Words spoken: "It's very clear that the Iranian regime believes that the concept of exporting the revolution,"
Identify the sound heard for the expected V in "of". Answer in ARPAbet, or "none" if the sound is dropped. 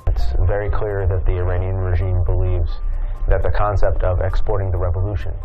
V